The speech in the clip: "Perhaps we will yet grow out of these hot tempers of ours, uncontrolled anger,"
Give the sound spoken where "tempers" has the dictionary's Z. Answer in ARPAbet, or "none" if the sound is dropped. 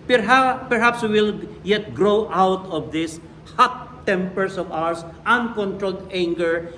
S